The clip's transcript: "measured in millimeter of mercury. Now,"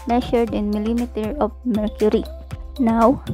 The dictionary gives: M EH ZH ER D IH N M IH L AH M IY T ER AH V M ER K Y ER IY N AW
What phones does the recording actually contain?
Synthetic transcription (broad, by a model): M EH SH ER D IH N M IH L AH M IY T ER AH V M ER K Y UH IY N AW